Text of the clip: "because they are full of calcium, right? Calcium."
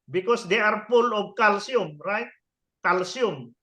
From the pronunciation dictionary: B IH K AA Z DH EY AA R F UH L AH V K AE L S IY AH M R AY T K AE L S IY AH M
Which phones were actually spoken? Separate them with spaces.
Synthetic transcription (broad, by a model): B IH K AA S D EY AA R P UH L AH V K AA L S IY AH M R AY T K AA L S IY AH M